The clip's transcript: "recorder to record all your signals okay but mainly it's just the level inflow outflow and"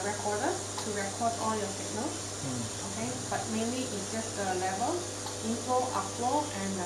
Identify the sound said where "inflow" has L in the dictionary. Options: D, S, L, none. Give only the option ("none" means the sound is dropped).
none